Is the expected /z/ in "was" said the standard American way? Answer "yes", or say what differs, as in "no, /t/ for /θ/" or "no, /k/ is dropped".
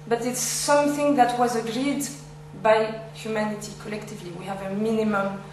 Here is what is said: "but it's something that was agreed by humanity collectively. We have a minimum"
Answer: yes